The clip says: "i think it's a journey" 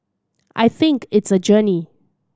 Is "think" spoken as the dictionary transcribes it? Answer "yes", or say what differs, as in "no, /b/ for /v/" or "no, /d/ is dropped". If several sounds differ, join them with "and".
yes